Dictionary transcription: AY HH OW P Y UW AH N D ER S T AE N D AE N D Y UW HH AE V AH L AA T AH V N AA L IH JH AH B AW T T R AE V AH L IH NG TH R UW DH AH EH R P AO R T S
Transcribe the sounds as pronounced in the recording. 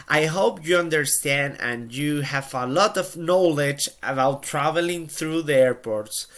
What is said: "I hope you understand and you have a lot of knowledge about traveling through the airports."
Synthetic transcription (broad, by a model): AY HH OW P Y UW AH N D ER S T AE N D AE N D Y UW HH AE V AH L AA T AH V N AA L IH JH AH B AW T T R AE V AH L IH NG TH R UW DH AH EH R P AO R T S